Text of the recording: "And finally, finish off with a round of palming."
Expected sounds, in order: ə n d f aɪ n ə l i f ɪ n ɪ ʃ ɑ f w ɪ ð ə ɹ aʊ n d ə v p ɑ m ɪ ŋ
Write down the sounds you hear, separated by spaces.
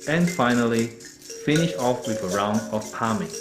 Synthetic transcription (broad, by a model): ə n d f aɪ n ə l i f ɪ n ɪ ʃ ɑ f w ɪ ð ə ɹ aʊ n d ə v p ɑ m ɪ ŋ